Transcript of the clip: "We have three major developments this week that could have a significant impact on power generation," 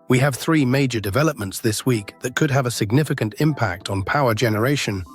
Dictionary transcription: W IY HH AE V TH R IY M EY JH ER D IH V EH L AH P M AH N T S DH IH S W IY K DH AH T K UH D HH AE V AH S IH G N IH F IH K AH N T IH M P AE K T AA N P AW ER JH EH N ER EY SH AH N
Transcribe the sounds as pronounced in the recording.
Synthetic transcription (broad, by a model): W IY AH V TH R IY M EY JH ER D IH V EH L AH P M AH N T S DH IH S W IY K DH AH T K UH D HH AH V AH S IH G N IH F IH K AH N T IH M P AE K T N P AW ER JH EH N ER EY SH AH N